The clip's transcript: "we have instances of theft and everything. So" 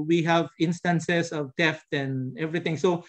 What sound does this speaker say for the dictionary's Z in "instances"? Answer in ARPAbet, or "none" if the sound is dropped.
S